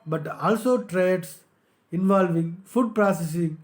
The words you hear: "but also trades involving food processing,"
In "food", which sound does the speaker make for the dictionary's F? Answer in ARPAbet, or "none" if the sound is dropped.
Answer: F